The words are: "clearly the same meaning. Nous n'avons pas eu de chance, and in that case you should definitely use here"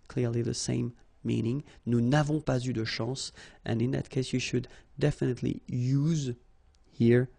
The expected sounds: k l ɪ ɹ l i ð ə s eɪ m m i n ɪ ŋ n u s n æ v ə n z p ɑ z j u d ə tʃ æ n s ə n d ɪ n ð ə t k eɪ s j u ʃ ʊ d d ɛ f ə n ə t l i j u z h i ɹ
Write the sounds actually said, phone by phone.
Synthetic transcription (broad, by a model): k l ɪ ɹ l i ð ə s eɪ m m i n ɪ ŋ n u n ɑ v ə p ɑ z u d ə ʃ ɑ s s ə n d ɪ n ð ə t k eɪ s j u ʃ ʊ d d ɛ f ə n ə t l i j u z h i ɹ